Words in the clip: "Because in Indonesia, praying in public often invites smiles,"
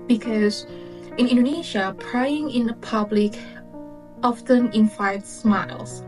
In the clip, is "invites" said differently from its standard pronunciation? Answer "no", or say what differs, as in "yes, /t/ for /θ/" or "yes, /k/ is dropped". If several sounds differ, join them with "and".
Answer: yes, /f/ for /v/